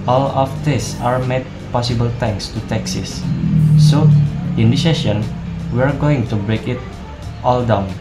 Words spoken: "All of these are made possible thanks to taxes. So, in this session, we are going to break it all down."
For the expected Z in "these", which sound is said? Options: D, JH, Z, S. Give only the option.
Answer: S